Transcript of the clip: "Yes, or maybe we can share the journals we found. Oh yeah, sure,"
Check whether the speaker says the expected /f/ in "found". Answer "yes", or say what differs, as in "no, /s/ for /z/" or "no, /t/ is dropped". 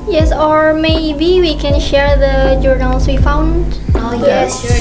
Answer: yes